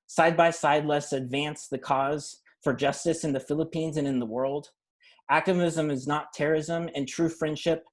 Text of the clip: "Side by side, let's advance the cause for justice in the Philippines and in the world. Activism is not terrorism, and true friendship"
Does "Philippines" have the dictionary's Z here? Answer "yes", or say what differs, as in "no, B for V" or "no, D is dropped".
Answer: yes